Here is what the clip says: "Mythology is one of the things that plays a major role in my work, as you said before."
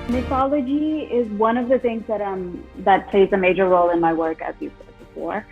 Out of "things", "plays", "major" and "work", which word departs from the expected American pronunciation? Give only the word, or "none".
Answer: none